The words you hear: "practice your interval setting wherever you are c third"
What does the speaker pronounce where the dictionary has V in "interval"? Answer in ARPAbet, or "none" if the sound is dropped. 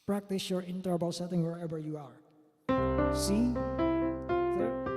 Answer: B